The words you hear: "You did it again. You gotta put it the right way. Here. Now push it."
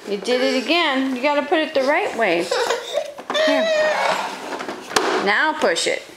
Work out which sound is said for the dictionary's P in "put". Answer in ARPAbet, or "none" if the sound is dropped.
P